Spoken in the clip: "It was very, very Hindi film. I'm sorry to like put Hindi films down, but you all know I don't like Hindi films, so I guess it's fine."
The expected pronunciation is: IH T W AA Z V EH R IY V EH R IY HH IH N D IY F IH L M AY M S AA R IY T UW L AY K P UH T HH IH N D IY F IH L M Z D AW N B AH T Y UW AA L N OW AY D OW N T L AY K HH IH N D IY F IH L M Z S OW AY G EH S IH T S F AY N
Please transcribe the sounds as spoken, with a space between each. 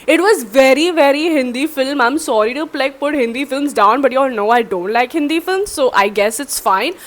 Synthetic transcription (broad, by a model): IH T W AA Z V EH R IY V EH R IY HH IH N D IY F IH L M AY M S AA R IY T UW L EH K P UH T HH IH N D IY F IH L M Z D AW N B AH T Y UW AA L N OW AY D OW N T L AY K HH IH N D IY F IH L M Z S OW AY G EH S IH T S F AY N